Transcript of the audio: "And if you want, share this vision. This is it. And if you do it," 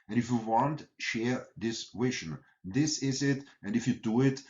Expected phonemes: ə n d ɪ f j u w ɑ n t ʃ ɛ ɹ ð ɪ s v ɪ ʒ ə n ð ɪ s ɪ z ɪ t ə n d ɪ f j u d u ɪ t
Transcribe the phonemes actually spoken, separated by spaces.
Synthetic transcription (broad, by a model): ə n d ɪ f j u w ɑ n t ʃ ɛ ɹ ð ɪ s w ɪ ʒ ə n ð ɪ s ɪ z ɪ t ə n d ɪ f j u d u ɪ t